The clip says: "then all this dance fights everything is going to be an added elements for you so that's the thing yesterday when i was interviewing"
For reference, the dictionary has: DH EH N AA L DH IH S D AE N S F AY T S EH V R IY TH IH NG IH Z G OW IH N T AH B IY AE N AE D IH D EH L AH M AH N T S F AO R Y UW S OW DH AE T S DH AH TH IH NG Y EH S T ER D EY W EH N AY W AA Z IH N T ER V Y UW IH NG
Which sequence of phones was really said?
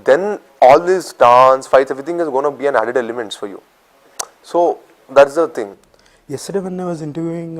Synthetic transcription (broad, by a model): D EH N AA L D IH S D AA N S F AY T EH V R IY T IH NG IH Z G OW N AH B IY AE N AE D IH D EH L AH M AH N T S F AO R Y UW S OW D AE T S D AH T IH NG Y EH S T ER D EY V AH N AY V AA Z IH N T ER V Y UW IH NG